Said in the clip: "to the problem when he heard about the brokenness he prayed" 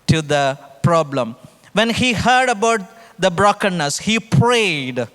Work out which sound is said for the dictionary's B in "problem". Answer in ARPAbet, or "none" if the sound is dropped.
B